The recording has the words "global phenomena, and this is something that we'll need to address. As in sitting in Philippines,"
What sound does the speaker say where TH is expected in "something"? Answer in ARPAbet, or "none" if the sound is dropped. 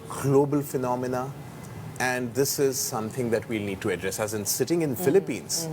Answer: T